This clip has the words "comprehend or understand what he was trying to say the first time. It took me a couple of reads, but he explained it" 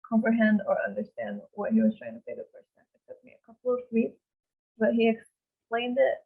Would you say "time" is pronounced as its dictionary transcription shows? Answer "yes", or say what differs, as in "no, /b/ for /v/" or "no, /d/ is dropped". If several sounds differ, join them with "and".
no, /m/ is dropped